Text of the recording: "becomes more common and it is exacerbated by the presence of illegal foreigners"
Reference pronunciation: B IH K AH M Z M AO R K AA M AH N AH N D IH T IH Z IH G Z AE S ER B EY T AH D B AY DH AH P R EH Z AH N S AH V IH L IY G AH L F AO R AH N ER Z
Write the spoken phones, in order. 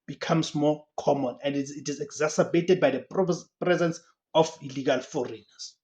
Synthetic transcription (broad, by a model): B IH K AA M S M AO K AA M AH N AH N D IH T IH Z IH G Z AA S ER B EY T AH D B AY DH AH P R EH Z AH N S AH F IH L IY G AH L F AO R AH N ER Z